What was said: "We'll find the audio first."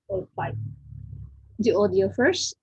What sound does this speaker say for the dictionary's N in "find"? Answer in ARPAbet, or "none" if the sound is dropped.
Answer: none